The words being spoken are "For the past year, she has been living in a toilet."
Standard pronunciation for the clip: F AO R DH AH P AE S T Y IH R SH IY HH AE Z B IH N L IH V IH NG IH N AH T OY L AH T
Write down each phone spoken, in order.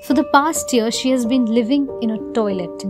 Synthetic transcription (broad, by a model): F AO R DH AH P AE S T Y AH R SH IY HH AE Z B IH N L IH V IH NG IH N AH T OY L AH T